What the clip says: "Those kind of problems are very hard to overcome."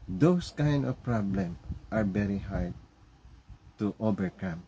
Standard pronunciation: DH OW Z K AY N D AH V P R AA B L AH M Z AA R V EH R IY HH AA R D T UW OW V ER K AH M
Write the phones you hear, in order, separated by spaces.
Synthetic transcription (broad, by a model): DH OW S K AY N D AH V P R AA B L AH M AA R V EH R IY HH AA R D T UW OW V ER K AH M